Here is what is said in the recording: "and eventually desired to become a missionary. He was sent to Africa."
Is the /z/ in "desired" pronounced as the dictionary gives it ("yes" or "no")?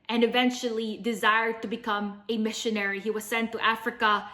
yes